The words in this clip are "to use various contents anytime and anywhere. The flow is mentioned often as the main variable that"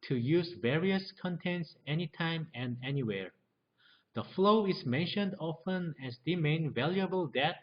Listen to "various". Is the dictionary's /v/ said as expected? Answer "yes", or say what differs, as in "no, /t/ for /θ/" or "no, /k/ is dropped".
yes